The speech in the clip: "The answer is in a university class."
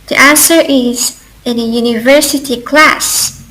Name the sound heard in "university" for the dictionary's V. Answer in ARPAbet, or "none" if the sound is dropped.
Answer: V